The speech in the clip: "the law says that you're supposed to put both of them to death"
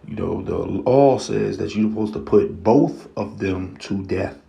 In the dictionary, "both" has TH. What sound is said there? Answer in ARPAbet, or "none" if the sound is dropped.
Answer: TH